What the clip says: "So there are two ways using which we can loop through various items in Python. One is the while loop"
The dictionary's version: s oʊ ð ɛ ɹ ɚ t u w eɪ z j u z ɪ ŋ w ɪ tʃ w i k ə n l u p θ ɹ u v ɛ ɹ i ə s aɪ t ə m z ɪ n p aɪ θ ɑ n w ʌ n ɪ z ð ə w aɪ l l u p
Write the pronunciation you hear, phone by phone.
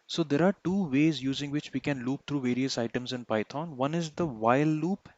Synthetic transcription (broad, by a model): s oʊ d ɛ ɹ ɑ t u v eɪ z j u z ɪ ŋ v ɪ tʃ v i k ə n l u p t ɹ u v ɛ ɹ i ə s aɪ t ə m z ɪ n p aɪ t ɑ n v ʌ n ɪ z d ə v aɪ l l u p